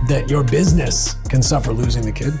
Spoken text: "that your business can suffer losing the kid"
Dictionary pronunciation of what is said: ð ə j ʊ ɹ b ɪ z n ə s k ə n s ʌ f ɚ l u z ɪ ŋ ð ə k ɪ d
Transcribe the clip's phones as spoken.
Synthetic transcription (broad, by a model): ð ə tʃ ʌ ɹ b ɪ z n ə s k ə n s ʌ f ɚ l u z ɪ ŋ ð ə k ɪ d